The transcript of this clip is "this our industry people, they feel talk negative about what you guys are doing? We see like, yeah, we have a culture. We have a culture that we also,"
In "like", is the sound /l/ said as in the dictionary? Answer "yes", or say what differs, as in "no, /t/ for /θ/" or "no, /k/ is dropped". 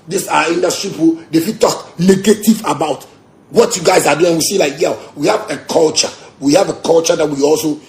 yes